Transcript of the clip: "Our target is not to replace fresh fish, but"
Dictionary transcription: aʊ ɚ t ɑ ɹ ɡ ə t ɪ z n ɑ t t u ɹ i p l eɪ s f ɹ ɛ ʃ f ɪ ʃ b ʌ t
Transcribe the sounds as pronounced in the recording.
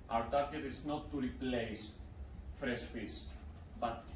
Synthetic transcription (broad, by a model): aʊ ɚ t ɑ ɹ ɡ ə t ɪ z n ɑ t t u ɹ i p l eɪ s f ɹ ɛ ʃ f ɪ s b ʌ t